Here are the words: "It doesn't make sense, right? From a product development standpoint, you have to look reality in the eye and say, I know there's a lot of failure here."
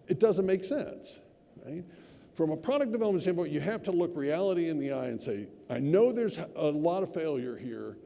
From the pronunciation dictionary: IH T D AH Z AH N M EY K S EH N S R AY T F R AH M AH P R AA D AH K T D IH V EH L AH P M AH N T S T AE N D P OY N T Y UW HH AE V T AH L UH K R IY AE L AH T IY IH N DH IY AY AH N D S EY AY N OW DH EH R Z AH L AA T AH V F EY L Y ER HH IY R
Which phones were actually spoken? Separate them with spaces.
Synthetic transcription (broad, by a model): IH T D AH Z AH N M EY K S EH N S R AY T F R AH M AH P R AA D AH K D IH V EH L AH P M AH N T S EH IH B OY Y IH HH AE F T AH L UH K R IY AE L AH T IY IH N DH IY AY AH N S EY AY N OW DH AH R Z AH L AA T AH V F EY L Y ER HH IY R